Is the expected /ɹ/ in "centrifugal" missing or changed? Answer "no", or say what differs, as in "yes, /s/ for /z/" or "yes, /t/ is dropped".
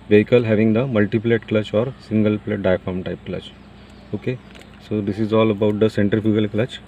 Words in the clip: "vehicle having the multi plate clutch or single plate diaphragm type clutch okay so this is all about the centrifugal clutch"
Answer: yes, /ɹ/ is dropped